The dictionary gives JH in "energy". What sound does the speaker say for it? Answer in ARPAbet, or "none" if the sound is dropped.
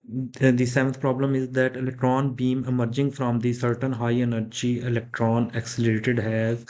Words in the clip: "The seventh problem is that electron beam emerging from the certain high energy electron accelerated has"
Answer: JH